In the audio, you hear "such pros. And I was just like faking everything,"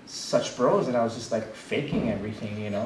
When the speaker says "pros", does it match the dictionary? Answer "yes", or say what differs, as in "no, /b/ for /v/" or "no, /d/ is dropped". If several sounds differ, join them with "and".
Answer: no, /b/ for /p/